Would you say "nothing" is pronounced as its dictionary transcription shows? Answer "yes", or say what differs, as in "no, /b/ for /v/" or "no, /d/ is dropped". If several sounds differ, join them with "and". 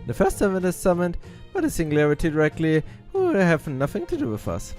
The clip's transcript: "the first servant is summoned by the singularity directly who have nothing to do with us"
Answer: yes